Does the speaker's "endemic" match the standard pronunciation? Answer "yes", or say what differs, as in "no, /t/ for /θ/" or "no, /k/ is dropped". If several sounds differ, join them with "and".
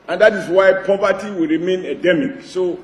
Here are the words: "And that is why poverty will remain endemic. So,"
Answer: no, /n/ is dropped